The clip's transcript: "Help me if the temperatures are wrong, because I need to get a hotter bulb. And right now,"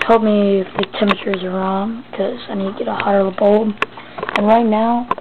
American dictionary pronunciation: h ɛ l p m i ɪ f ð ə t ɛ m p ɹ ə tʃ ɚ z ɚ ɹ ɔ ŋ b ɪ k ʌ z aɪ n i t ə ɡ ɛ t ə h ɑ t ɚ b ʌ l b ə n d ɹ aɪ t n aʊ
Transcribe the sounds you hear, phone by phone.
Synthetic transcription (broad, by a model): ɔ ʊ l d m i ɪ f ð ə t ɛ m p ə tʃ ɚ z ɚ ɹ ɔ ŋ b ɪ k ʌ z aɪ n i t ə ɡ ɛ t ə h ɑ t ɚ b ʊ l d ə n ɹ aɪ t n aʊ